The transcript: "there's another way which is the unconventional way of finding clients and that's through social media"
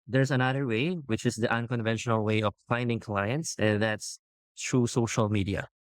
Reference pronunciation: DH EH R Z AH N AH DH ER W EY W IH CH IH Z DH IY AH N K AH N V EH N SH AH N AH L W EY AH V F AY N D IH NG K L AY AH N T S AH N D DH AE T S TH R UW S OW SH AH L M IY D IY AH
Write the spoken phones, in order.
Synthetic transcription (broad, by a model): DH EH R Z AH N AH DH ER W EY W IH CH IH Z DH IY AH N K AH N V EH N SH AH N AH L W EY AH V F AY N D IH NG K L AY AH N T S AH N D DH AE T S T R UW S OW SH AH L M IY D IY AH